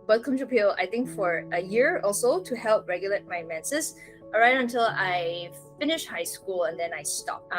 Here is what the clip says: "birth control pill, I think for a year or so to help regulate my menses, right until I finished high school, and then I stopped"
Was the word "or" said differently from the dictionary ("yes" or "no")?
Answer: yes